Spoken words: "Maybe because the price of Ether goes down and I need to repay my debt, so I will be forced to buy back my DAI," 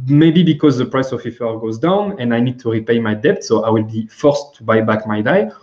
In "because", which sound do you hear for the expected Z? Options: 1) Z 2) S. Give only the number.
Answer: 1